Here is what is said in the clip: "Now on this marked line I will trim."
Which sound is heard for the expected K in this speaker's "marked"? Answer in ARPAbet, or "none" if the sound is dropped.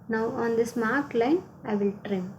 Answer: none